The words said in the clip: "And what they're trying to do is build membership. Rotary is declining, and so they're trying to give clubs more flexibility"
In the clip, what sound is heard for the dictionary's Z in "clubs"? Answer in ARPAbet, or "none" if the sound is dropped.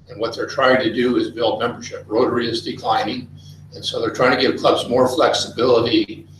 Z